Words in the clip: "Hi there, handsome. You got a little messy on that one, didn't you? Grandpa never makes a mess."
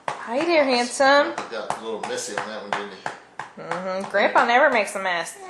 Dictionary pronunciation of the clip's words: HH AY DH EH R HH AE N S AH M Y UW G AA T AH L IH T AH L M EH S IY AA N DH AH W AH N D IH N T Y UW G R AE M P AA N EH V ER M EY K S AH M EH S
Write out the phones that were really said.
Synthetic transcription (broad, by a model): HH AY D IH R HH AE N S AH M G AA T AH L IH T L M EH S IY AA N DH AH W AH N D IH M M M G R AE M P AA N EH V ER M EY K S AH M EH S